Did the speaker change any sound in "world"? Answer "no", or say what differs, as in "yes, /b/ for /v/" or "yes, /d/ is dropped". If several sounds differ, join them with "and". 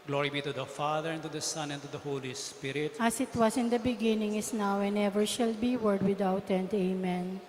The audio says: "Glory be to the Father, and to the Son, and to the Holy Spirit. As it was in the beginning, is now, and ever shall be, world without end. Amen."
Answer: yes, /l/ is dropped